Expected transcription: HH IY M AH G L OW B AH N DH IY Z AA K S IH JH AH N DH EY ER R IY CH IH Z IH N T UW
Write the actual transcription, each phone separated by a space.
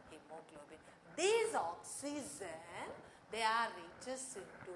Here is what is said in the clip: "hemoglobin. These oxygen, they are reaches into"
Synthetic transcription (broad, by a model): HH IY M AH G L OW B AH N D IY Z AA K S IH Z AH N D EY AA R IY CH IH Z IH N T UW